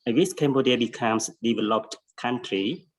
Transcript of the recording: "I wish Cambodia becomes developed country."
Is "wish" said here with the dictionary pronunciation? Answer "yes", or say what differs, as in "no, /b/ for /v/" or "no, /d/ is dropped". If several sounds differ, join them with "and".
no, /s/ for /ʃ/